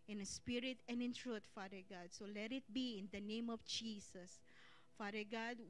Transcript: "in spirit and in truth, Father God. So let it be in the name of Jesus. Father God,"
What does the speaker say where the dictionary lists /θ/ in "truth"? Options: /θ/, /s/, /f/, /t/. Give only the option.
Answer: /t/